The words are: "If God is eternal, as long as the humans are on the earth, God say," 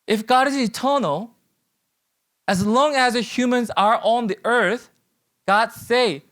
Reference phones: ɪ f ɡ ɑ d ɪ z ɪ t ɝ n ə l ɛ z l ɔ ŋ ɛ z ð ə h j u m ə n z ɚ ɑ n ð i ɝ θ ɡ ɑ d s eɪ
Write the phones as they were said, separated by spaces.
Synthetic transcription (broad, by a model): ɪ f ɡ ɑ d ɪ z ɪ t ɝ n l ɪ z l ɔ ŋ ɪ z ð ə h j u m ə n z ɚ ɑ n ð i ɝ θ ɡ ɑ d s eɪ